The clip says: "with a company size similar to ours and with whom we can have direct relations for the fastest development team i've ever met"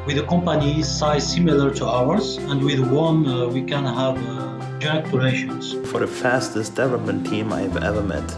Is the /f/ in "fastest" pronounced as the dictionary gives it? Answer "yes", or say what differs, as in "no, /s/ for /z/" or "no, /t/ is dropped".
yes